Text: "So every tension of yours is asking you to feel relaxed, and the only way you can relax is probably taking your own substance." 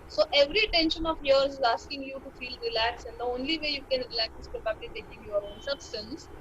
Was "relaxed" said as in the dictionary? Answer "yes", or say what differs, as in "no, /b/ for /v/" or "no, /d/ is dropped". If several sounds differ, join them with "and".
no, /t/ is dropped